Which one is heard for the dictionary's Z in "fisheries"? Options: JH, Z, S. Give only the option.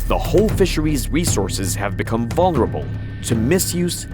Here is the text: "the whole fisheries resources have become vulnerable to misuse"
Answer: Z